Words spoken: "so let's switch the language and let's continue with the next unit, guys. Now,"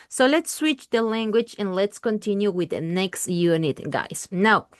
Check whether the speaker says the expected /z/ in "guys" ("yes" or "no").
no